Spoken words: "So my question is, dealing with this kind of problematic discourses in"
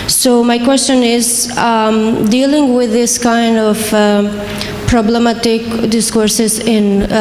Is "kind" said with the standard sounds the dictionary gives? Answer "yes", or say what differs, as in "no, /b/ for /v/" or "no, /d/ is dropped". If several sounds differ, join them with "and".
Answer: yes